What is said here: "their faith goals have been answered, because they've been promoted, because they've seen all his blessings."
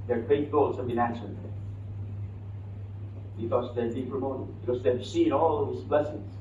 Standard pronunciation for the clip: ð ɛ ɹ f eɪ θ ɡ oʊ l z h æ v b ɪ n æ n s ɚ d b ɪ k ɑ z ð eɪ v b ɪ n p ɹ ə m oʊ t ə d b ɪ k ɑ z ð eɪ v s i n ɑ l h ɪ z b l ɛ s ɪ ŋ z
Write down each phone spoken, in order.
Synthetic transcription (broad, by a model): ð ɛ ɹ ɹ eɪ t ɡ oʊ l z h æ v b ɪ n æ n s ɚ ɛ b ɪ k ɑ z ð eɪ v b ɪ n p ɹ ə m oʊ t ə d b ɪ k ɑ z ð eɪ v s i n ɑ l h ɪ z b l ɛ s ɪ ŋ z